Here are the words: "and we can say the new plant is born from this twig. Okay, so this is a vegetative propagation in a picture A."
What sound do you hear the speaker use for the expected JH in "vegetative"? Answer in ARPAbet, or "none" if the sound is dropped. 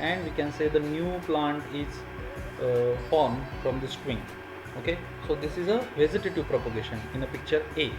Z